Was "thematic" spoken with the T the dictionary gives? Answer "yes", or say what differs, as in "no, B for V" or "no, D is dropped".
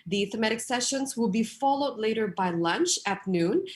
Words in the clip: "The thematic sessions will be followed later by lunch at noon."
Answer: yes